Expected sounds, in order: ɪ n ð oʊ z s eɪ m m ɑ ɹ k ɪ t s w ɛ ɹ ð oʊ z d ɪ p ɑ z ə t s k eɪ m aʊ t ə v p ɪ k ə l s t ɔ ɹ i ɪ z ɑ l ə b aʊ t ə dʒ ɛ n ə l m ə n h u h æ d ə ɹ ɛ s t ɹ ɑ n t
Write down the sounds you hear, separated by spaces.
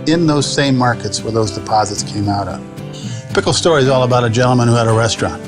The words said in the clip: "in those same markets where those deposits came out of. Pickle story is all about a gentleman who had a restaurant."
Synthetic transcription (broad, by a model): ɪ n ð oʊ z s eɪ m m ɑ ɹ k ɪ t s w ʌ ɹ ð oʊ z d ɪ p ɑ z ə t s k eɪ m aʊ t ə v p ɪ k l s t ɔ ɹ i z ɑ l ə b aʊ t ə dʒ ɛ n l m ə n h u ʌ d ə ɹ ɛ s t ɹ ɑ n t